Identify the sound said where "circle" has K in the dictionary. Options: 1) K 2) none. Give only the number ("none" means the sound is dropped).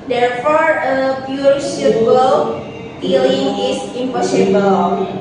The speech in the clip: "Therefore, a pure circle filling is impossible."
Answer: 2